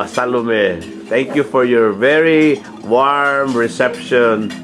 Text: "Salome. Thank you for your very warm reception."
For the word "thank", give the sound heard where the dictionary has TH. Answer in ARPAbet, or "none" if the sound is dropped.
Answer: T